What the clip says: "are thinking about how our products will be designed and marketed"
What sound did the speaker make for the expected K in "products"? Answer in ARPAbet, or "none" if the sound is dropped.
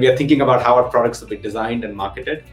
K